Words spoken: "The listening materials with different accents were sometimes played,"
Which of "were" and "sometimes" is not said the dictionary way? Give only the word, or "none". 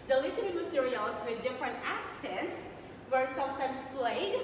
sometimes